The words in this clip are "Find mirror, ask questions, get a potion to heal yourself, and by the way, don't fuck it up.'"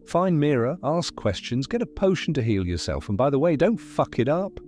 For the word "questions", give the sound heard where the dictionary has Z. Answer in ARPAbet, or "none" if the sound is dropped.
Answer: Z